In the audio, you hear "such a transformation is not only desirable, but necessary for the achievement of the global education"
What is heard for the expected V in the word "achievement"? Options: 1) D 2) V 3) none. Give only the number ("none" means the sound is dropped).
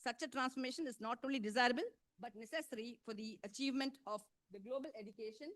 2